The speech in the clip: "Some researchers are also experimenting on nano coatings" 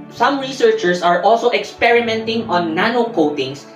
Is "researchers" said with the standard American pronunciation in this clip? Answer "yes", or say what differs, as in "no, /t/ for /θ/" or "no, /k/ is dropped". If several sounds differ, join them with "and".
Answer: no, /s/ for /z/